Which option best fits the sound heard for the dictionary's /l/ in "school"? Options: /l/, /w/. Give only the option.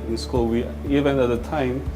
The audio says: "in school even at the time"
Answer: /w/